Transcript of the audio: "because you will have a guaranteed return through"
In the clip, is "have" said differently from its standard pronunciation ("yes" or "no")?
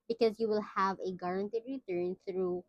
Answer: no